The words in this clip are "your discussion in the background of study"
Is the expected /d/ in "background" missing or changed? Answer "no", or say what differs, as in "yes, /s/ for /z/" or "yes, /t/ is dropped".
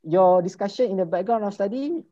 yes, /d/ is dropped